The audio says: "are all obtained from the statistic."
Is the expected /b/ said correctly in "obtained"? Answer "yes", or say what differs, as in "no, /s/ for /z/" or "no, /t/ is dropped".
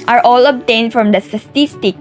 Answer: yes